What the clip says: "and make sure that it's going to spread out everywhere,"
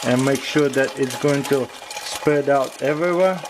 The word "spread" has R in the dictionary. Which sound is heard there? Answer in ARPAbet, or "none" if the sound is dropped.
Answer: none